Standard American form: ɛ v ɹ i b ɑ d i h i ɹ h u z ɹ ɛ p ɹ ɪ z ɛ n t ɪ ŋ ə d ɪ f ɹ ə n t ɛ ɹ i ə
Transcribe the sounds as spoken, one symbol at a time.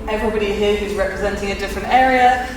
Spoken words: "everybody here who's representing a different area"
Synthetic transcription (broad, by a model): ɛ v ɹ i b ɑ d i h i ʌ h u z ɹ ɛ p ɹ ɪ z ɛ n t ɪ ŋ ə d ɪ f ɹ ə n t ɛ ɹ i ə